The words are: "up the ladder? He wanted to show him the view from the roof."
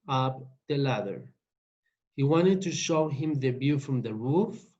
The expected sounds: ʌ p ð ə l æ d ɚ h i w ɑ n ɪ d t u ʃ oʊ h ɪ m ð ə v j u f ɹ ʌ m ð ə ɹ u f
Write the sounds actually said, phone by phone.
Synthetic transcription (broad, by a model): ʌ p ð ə l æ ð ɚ h i w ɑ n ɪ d t u ʃ oʊ h ɪ m ð ə b j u f ɹ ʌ m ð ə ɹ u f